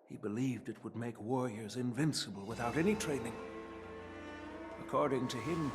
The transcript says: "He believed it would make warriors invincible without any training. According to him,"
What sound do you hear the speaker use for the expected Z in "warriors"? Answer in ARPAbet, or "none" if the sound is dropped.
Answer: Z